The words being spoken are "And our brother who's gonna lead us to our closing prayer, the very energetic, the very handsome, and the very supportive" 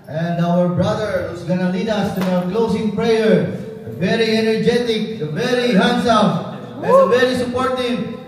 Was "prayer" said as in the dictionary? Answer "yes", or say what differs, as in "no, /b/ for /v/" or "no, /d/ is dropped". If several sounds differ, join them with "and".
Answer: yes